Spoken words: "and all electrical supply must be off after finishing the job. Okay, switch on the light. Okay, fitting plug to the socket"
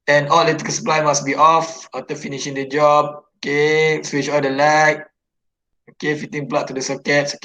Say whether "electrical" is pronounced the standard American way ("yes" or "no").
no